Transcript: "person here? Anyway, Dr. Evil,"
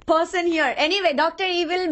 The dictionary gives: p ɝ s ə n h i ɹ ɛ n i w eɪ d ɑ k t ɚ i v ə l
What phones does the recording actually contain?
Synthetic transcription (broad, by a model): p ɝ s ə n h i ɹ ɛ n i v eɪ d ɑ k t ɚ i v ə l